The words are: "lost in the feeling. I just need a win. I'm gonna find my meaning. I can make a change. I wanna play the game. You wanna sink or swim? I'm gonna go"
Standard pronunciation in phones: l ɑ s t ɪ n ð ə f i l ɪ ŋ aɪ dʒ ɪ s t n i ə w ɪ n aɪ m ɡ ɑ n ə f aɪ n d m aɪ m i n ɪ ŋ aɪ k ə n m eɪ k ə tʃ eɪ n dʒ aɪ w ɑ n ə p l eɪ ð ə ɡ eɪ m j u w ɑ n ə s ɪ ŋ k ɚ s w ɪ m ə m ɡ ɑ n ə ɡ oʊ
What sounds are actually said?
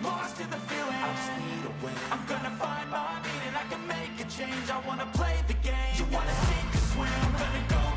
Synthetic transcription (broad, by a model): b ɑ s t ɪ ð ə f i l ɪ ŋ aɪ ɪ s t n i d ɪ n aɪ m ɡ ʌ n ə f aɪ n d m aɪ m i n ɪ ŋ aɪ k ə n m eɪ k ə tʃ eɪ n dʒ aɪ w ɑ n ə p l eɪ ð ə ɡ eɪ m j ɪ w ɑ n ə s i k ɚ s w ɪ ə m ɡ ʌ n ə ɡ oʊ